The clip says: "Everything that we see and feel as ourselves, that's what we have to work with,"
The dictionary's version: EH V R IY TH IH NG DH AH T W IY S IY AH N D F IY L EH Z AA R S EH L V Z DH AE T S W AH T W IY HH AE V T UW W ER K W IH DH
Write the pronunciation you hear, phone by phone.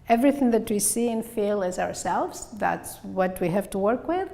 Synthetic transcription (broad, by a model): EH V R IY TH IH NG DH AH T W IY S IY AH N F IY L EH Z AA R S EH L V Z DH AE T S W AH T W IY HH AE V T UW W ER K W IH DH